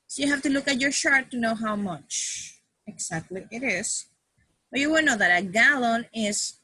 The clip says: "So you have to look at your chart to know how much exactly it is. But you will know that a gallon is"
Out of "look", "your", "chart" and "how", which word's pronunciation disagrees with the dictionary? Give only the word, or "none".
chart